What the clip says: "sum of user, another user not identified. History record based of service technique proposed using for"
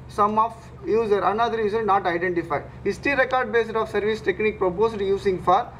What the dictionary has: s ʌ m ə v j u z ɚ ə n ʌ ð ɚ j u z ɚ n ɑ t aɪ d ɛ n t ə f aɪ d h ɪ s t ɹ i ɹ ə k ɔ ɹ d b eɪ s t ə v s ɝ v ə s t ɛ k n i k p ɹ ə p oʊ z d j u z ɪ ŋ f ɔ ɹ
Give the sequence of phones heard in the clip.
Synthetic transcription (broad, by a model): s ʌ m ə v j u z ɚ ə n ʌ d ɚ j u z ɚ n ɑ t aɪ d ɛ n t ə f aɪ d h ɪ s t i ɹ ə k ɔ ɹ d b eɪ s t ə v s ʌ v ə s t ɛ k n i k p ɹ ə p oʊ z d j u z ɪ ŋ f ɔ ɹ